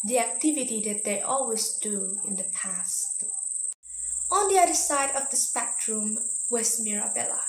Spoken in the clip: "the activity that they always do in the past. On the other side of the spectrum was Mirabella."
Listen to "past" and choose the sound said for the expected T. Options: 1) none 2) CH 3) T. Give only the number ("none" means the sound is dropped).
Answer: 3